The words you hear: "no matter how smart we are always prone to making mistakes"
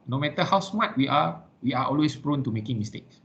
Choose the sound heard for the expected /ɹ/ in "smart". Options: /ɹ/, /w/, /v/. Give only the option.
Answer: /w/